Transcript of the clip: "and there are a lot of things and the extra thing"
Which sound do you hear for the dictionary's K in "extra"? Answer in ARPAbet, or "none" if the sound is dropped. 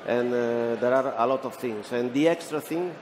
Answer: K